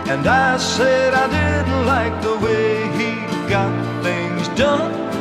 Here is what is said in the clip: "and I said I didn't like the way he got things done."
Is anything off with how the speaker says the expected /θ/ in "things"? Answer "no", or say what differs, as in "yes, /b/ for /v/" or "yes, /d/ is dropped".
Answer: no